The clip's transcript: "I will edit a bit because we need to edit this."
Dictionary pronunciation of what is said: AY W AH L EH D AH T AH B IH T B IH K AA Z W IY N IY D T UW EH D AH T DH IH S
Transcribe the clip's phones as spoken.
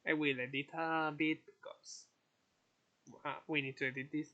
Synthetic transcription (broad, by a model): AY W AH L EH D AH T AH B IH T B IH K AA S W IY N IY D T UW EH D AH T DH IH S